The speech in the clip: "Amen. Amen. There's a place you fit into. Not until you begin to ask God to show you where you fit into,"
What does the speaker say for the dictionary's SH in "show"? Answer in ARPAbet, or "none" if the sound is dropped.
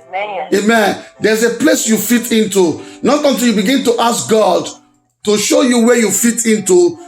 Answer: SH